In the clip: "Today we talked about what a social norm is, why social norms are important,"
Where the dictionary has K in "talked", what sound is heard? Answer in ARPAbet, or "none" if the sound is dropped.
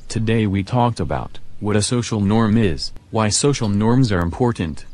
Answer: K